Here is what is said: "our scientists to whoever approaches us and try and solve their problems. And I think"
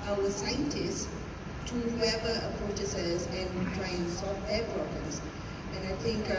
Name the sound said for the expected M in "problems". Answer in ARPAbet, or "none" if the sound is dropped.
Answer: none